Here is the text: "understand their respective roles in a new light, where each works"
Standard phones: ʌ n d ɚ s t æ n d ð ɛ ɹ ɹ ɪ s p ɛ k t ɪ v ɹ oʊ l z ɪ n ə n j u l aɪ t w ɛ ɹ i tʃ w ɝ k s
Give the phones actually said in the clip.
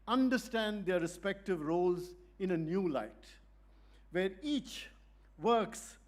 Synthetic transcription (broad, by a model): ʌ n d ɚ s t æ n d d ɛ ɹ ɹ ɪ s p ɛ k t ɪ v ɹ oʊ l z ɪ n ə n j u l aɪ t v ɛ ɹ i tʃ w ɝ k s